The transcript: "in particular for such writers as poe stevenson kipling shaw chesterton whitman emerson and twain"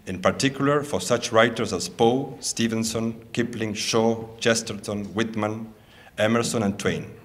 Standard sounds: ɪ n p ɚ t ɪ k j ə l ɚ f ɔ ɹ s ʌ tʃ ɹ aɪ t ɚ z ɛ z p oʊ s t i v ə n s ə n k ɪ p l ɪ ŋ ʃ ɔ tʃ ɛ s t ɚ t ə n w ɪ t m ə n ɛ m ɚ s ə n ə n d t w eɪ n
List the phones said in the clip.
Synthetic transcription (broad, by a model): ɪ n p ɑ t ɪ k j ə l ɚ f ɔ ɹ s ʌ tʃ ɹ aɪ t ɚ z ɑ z p oʊ s t i v ə n s ə n k ɪ p l ɪ ŋ ʃ ɔ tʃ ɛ s t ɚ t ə n w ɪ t m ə n ɛ m ɚ s ə n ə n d t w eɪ n